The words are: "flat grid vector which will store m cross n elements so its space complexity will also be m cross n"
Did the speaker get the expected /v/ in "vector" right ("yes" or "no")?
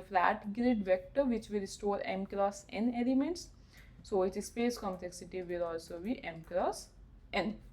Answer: yes